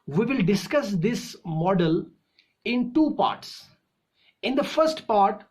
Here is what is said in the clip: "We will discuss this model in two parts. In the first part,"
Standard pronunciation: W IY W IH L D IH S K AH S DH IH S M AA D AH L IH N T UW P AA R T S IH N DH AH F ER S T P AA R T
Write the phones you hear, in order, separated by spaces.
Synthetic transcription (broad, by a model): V IY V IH L D IH S K AH S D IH S M AA D AH L IH N T UW P AA R T S IH N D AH F ER S T P AA R T